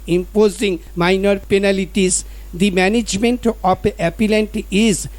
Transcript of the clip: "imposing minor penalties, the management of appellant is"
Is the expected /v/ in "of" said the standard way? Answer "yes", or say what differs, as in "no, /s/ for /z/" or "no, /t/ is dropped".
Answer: no, /p/ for /v/